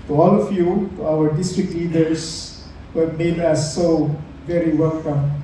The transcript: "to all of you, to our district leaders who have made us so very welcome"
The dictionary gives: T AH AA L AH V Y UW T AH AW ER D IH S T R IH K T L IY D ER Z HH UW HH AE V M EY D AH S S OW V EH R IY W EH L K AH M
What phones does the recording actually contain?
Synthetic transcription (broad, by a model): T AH AA L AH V Y UW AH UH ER D IH S T R IH K T L IY D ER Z HH UW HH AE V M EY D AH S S OW V EH R IY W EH L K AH M